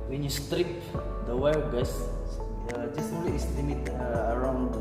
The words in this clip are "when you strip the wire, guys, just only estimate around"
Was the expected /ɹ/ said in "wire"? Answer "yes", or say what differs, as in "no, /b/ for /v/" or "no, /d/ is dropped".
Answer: no, /l/ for /ɹ/